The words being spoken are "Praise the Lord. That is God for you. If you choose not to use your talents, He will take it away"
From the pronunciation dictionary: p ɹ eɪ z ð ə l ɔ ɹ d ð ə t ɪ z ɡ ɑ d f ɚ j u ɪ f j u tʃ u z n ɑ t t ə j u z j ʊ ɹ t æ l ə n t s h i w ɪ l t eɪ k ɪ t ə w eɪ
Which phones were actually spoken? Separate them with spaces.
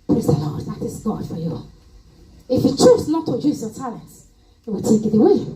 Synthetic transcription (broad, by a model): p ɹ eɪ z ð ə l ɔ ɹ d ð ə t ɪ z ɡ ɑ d f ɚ j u ɪ f j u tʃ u s n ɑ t t ə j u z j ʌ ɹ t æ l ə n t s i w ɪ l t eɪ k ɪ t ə w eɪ